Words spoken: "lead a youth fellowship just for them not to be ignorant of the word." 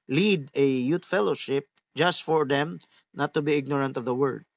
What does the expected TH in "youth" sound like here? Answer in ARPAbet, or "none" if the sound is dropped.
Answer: T